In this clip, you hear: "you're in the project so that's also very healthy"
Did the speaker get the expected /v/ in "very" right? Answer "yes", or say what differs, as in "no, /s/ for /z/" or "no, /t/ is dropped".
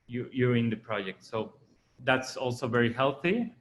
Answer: yes